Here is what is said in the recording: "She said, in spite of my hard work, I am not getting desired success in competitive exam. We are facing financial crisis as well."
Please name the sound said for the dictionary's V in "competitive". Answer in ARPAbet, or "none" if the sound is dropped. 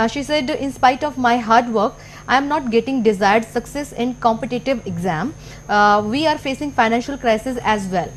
V